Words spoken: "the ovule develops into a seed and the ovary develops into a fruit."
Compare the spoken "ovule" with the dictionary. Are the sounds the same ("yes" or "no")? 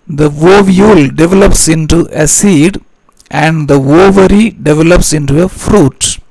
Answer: yes